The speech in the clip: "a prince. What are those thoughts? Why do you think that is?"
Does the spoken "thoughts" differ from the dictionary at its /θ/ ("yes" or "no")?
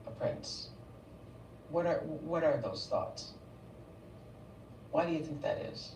no